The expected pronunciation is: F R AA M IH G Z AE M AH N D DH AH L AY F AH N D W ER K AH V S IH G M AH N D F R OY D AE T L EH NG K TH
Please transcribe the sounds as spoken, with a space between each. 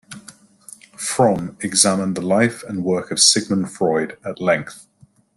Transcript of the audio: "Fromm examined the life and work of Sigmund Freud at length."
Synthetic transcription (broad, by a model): F R AA M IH G Z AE M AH N DH AH L AY F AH N W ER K AH V S IH G M AH N F R OY D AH T L EH NG K TH